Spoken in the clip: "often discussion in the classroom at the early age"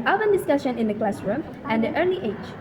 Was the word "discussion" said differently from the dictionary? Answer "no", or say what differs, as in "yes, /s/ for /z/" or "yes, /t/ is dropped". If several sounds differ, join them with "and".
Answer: no